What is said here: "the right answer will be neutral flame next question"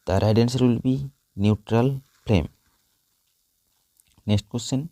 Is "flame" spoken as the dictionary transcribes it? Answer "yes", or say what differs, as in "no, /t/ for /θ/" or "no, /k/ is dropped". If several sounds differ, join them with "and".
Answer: no, /p/ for /f/